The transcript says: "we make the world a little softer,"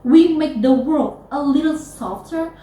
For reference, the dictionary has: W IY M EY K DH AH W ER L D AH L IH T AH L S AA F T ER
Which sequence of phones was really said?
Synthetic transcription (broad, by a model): W IY M EY K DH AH W ER L D AH L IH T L S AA F T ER